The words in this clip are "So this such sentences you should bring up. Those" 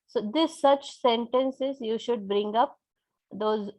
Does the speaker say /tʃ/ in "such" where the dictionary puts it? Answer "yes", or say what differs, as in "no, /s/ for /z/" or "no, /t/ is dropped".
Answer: yes